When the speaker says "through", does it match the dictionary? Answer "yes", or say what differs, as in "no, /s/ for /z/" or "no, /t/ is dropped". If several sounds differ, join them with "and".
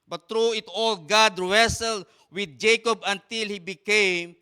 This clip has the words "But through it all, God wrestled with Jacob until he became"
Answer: no, /t/ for /θ/